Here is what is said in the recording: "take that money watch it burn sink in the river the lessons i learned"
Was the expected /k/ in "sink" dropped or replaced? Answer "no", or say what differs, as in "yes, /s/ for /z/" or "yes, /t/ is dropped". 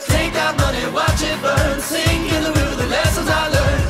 yes, /k/ is dropped